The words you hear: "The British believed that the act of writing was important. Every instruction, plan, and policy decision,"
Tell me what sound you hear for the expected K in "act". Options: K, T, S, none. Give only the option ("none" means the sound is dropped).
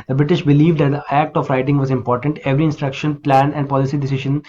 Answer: K